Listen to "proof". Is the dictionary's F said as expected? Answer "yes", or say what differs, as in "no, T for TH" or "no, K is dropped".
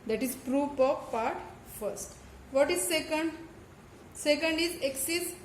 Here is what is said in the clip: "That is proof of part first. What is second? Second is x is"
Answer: no, P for F